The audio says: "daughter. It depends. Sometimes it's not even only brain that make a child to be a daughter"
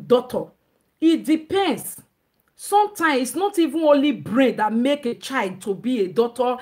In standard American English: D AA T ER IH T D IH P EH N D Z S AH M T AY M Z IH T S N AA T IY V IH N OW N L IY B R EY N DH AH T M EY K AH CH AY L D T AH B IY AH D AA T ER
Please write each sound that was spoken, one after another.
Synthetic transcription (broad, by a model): D AA T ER IH T D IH P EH N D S S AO M T AY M IH S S N AA T IY V IH N OW N L IY B R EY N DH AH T M EY K AH CH AY L D T AH B IY AH D AA T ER